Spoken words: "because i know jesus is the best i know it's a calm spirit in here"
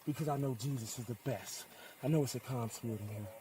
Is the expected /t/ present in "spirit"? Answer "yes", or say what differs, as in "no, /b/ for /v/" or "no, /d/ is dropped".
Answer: no, /t/ is dropped